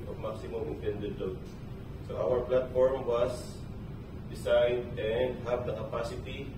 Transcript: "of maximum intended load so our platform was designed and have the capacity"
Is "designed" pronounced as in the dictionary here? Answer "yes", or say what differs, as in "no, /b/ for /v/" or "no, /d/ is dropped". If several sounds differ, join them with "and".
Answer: no, /s/ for /z/ and /n/ is dropped